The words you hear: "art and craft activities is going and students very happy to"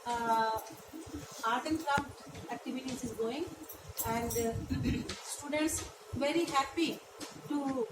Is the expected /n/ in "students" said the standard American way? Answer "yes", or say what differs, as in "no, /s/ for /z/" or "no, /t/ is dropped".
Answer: yes